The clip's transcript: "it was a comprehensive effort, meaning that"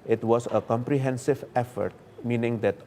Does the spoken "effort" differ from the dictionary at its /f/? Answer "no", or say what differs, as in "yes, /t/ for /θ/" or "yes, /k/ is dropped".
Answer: no